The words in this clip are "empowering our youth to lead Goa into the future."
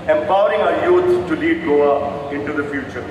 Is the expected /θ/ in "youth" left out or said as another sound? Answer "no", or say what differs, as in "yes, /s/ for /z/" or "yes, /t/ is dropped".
yes, /s/ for /θ/